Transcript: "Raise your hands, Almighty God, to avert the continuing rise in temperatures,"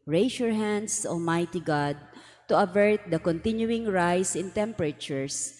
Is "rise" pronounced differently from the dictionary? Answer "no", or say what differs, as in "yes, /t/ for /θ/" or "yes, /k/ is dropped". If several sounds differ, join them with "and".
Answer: yes, /s/ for /z/